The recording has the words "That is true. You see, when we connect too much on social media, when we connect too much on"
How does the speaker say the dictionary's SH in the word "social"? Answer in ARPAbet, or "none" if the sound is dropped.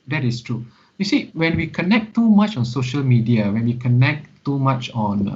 SH